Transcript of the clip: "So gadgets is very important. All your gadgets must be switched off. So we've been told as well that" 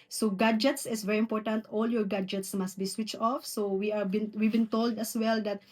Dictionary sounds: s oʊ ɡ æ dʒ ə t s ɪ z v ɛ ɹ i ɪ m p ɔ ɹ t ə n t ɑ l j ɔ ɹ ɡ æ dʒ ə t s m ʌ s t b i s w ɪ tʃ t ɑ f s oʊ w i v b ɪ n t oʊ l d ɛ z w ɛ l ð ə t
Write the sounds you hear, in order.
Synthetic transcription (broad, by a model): s oʊ ɡ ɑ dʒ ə t s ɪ s v ɛ ɹ i ɪ m p ɔ ɹ t ə n t ɑ l j ɔ ɹ ɡ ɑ dʒ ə t s m ʌ s t b i s w ɪ tʃ t ɑ f s oʊ w i v b ɪ n t oʊ l d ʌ s w ɛ l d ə t